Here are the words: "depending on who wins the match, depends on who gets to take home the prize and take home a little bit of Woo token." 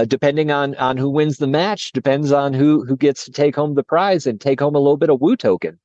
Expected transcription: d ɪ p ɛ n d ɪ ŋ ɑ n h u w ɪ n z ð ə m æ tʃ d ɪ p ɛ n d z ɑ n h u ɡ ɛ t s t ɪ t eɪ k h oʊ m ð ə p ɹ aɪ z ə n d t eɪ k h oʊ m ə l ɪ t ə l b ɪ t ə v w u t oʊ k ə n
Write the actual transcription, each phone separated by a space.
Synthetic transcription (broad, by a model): d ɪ p ɛ n d ɪ ŋ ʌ n h u w ɪ n z ð ə m æ tʃ d ɪ p ɛ n d z n h u ɡ ɛ t s t ɪ t eɪ k h oʊ m ð ə p ɹ aɪ z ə n t eɪ k h oʊ m ə l ɪ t l b ɪ t ə v w u t oʊ k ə n